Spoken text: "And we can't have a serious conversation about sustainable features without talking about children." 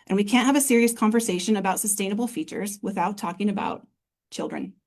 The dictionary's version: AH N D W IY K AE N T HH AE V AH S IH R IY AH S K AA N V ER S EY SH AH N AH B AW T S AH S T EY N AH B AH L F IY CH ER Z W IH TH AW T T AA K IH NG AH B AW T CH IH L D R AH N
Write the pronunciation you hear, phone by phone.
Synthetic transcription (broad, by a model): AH N W IY K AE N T HH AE V AH S IH R IY AH S K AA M V ER S EY SH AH N AH B AW T S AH S T EY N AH B L F IY CH ER Z W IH TH AW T T AA K IH NG AH B AW T CH IH L D R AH N